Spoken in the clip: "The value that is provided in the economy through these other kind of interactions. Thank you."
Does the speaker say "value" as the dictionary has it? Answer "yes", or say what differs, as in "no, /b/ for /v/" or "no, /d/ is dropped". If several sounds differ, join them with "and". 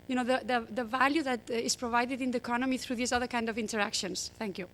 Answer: yes